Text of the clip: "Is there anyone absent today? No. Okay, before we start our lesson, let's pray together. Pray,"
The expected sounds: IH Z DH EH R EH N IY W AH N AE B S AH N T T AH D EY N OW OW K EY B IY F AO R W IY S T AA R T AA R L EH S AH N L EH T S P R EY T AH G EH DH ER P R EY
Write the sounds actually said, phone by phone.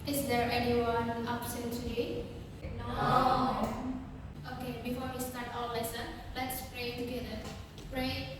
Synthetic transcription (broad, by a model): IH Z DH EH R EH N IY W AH N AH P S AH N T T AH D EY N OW OW K EY B IY F AO R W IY S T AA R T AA L L EH S AH N L EH T S P R EY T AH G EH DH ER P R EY